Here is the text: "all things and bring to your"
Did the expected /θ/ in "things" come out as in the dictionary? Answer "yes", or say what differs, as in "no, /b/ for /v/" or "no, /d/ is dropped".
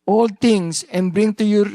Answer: no, /t/ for /θ/